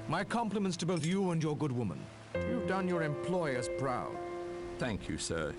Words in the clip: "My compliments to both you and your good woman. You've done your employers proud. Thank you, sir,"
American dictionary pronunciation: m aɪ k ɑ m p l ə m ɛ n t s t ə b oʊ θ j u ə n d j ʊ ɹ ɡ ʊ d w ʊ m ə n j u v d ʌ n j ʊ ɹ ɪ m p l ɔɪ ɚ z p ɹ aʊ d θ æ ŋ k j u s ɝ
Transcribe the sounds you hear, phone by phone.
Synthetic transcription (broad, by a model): m aɪ k ɑ m p l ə m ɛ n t s t ə b oʊ θ j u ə n j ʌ ɹ ɡ ʊ d w ʊ m ə n j u v d ʌ n j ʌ ɹ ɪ m p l ɔɪ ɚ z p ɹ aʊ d θ æ ŋ k j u s ɝ